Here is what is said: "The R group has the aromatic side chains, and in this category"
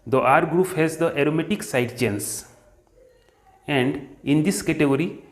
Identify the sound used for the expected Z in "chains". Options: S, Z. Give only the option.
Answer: S